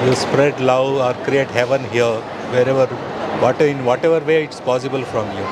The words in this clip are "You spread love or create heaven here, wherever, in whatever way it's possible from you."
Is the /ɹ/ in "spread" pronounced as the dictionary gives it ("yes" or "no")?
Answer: yes